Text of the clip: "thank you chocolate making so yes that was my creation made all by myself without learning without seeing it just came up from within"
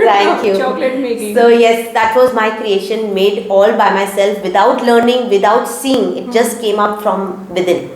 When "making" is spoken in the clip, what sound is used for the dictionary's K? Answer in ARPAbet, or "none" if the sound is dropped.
none